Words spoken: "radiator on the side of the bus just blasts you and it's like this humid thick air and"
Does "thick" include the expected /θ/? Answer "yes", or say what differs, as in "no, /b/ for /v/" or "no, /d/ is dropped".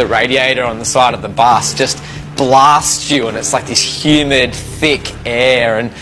yes